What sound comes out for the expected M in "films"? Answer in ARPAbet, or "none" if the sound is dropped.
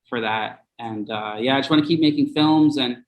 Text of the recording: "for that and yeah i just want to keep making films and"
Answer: M